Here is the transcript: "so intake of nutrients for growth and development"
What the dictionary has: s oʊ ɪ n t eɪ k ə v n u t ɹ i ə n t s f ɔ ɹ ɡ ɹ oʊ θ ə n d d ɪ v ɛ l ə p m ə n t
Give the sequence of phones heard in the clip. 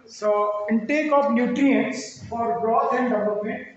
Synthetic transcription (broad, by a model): s oʊ ɪ n t eɪ k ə f n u t ɹ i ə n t s f ɔ ɹ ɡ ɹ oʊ t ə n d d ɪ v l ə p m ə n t